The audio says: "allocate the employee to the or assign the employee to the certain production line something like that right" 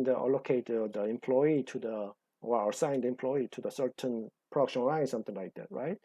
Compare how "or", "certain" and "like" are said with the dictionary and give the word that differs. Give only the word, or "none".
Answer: or